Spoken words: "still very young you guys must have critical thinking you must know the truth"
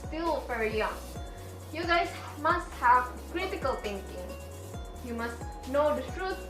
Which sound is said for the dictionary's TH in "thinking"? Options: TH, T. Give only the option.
T